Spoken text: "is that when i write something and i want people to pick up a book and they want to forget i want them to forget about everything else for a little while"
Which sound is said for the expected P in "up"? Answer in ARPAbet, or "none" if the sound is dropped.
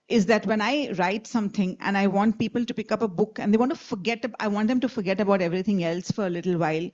P